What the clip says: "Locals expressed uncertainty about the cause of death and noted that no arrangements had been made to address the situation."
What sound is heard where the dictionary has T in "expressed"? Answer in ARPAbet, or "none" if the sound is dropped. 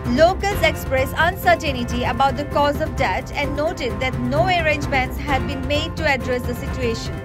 none